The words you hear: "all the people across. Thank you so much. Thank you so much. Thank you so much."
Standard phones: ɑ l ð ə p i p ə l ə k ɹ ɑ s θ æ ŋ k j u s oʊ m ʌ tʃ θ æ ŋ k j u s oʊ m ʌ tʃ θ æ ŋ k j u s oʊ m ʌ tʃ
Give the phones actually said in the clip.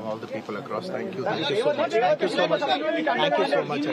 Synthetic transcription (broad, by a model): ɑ l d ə p i p ə l ə k ɹ ɑ s t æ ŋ k j u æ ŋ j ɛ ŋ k j u s oʊ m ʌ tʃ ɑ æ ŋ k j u s oʊ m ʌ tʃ